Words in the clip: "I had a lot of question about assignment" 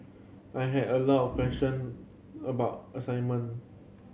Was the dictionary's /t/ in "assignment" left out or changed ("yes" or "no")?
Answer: yes